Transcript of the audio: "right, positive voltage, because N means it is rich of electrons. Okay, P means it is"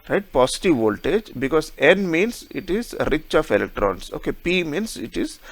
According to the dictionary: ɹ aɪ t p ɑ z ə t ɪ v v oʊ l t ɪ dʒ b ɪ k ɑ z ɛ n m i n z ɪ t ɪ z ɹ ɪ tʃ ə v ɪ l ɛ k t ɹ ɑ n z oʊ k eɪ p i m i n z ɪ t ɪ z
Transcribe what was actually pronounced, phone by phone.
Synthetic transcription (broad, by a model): ɹ aɪ t p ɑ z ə t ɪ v v oʊ l t ɪ dʒ b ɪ k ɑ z ɛ n m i n s ɪ t ɪ z ɹ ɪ tʃ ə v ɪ l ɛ k t ɹ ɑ n s oʊ k eɪ p i m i n s ɪ t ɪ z